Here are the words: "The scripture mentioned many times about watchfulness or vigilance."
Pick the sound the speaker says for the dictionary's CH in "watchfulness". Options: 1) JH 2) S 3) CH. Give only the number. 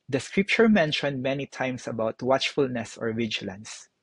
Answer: 3